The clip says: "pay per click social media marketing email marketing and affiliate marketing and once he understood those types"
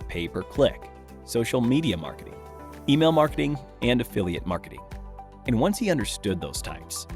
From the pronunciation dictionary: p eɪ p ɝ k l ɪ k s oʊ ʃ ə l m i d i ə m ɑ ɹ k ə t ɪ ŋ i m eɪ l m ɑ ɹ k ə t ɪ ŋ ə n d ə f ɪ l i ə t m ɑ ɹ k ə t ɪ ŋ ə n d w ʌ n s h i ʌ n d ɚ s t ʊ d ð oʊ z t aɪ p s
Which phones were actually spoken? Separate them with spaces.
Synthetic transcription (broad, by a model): p eɪ p ɝ k l ɪ k s oʊ ʃ l m i d i ə m ɑ ɹ k ə t ɪ ŋ i m eɪ l m ɑ ɹ k ə t ɪ ŋ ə n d ə f ɪ l i ə t m ɑ ɹ k ə t ɪ ŋ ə n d w ʌ n s h i ʌ n d ɚ s t ʊ d ð oʊ z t aɪ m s